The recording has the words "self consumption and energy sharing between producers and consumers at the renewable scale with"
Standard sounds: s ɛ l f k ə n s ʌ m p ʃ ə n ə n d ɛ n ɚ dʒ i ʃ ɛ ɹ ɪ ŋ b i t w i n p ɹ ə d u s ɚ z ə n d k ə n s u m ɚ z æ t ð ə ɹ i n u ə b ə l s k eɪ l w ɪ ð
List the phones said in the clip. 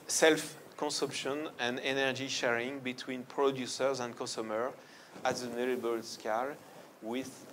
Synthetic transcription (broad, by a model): s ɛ l f k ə n s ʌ m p ʃ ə n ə n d ɛ n ɚ dʒ i ʃ ɛ ɹ ɪ ŋ b i t w i n p ɹ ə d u s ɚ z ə n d k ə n s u m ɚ æ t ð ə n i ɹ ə b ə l s k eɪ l w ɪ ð